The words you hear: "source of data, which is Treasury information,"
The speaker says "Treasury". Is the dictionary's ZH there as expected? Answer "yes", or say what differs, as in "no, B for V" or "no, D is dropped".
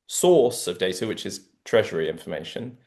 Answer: yes